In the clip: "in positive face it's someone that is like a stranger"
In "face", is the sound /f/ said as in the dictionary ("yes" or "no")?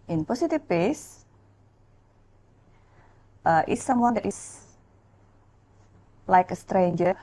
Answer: no